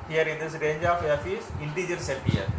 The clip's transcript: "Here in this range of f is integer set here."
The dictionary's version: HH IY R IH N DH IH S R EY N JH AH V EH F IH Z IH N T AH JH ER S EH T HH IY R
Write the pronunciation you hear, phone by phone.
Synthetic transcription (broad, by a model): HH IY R IH N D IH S R EY N JH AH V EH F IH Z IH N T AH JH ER S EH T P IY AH